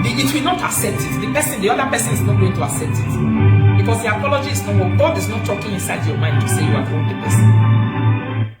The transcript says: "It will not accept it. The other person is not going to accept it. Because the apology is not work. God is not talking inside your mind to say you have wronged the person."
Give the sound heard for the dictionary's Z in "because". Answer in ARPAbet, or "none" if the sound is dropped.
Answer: S